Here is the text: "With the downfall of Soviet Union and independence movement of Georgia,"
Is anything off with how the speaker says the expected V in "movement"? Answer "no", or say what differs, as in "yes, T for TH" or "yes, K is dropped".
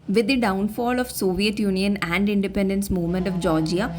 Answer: no